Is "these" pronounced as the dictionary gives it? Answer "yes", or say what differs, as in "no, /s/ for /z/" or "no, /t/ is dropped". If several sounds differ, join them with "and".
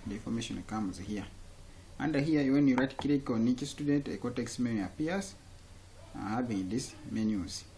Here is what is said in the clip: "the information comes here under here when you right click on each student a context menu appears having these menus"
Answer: no, /s/ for /z/